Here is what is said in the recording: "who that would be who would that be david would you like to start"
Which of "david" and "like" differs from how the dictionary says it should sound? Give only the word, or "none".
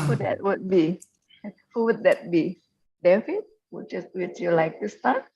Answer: david